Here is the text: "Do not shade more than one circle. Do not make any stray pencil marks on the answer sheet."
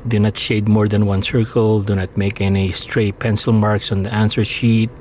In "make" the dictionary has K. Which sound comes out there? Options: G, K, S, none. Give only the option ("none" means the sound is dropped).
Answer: K